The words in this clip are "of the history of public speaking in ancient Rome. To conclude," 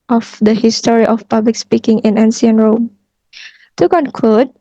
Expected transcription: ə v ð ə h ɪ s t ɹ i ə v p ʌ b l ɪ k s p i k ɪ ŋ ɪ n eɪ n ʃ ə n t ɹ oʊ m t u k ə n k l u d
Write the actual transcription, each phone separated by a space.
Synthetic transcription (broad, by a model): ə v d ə h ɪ s t ɹ i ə f p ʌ b l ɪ k s p i k ɪ ŋ ɪ n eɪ n s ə n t ɹ oʊ m t u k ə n k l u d